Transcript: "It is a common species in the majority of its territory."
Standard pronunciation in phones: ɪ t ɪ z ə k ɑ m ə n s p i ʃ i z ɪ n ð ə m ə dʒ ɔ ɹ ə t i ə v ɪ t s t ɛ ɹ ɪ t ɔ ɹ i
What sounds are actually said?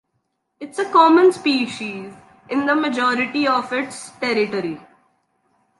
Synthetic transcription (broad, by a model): ɪ t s ə k ɑ m ə n s p i ʃ i z ɪ n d ə m ə dʒ ɔ ɹ ə t i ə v ɪ t s t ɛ ɹ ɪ t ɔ ɹ i